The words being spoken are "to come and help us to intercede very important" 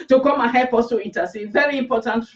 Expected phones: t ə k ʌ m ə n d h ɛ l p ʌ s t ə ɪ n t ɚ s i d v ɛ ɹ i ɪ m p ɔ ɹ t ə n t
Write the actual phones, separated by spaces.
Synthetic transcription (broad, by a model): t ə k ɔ m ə h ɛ p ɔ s t ə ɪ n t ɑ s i v ɛ ɹ i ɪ m p ɔ t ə n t